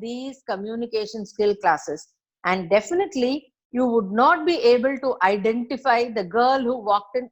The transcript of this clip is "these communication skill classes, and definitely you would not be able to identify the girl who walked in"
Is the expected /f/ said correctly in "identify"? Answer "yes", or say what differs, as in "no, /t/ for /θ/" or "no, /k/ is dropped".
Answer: yes